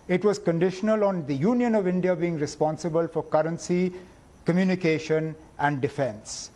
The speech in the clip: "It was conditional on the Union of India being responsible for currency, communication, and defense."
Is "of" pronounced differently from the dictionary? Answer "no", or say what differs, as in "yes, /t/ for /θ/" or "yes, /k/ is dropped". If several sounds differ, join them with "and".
no